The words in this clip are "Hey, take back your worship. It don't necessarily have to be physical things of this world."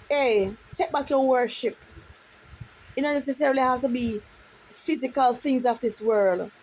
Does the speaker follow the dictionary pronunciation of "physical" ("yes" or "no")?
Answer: yes